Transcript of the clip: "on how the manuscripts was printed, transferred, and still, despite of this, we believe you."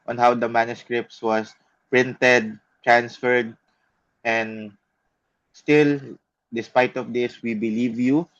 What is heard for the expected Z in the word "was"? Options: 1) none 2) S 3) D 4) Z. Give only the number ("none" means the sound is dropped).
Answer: 2